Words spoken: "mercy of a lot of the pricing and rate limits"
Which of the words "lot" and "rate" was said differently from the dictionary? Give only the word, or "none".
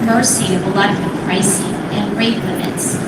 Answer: lot